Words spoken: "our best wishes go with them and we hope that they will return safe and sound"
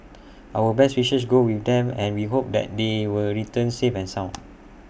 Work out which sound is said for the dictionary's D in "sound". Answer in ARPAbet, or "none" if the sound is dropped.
none